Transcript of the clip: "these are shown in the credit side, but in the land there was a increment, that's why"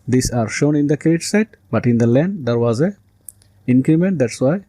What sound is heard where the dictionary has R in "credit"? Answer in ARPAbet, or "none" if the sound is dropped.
none